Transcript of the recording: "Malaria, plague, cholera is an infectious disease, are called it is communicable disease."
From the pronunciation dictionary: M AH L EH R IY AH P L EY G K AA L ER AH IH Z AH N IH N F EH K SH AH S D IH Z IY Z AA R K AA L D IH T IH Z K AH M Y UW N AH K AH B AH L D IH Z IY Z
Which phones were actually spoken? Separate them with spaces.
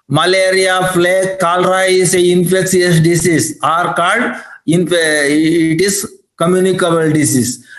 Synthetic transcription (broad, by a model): M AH L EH R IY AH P L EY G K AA L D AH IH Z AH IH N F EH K S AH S D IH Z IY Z AA R K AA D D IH T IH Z K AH M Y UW N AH K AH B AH L D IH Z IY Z